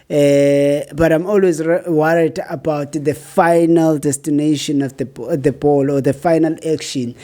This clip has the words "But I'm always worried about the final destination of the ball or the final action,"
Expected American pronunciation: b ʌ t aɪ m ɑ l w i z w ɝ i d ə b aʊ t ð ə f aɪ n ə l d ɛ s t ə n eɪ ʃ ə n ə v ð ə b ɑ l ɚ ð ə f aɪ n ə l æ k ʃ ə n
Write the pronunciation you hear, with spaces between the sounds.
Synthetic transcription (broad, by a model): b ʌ t aɪ m ɑ l w i z w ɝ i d ə b aʊ t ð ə f aɪ n ə l d ɛ s t ə n eɪ ʃ ə n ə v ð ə b ɑ l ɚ ð ə f aɪ n ə l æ k ʃ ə n